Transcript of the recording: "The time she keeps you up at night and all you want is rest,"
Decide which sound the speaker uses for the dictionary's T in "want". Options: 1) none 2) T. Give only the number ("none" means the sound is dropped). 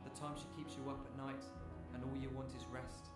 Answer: 2